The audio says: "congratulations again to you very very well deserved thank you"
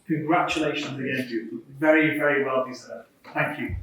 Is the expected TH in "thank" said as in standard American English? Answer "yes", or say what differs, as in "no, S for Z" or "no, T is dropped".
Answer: yes